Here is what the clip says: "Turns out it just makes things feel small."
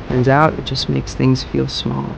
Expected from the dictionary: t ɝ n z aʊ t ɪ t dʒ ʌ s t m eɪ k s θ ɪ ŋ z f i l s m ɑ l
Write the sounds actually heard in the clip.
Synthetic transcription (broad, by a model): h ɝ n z aʊ t ɪ t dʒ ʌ s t m eɪ k s θ ɪ ŋ z f i l s m ɑ l